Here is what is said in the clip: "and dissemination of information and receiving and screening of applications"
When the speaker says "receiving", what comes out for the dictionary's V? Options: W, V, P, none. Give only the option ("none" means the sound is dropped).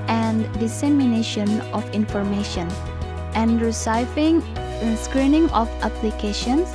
none